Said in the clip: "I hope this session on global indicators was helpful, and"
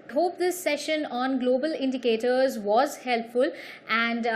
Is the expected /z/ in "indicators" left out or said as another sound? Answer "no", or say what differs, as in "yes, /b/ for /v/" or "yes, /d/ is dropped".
no